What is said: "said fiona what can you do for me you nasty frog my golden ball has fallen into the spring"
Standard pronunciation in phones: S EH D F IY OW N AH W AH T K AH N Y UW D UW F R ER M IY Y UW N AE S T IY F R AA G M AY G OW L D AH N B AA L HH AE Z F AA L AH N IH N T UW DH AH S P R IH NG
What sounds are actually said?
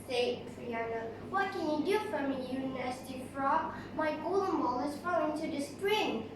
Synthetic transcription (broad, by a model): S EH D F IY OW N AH W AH T K AH N Y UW D UW F R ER M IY Y UW N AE S T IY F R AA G M AY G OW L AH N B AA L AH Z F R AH IH N T UW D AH S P R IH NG